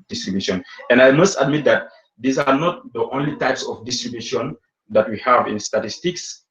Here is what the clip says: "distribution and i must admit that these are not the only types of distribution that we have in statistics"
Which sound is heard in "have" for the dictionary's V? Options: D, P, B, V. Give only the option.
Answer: V